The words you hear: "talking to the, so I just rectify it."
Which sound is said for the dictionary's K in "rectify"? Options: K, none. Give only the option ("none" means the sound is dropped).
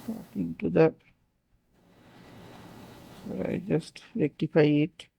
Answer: K